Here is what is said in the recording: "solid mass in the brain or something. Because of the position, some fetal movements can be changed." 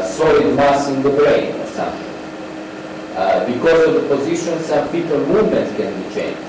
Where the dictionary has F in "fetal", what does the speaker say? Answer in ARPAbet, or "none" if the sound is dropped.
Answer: P